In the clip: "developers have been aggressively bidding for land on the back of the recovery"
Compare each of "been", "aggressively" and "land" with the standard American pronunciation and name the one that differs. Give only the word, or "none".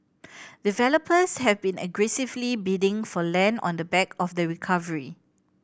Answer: land